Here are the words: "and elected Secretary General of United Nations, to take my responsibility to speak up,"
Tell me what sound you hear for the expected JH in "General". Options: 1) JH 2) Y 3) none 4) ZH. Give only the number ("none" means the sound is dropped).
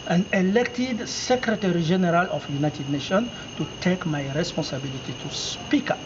4